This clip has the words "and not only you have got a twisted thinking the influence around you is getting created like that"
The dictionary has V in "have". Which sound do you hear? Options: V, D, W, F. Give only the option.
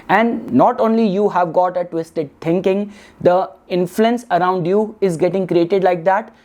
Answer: V